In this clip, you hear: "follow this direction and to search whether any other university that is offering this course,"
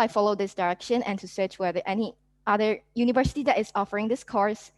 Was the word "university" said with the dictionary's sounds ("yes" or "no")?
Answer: yes